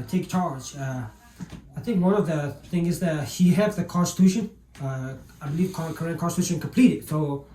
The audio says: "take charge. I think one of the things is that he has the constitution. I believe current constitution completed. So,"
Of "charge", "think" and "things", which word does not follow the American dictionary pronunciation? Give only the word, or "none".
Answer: things